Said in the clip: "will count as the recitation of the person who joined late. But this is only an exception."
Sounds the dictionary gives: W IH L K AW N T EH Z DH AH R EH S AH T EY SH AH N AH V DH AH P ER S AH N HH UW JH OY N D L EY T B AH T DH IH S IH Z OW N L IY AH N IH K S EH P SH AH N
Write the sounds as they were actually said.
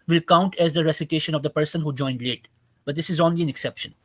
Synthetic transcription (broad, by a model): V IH L K AW N T EH Z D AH R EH S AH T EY SH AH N AH V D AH P ER S AH N HH UW JH OY N D L EY T B AH T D IH S IH Z OW N L IY AH N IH K S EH P SH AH N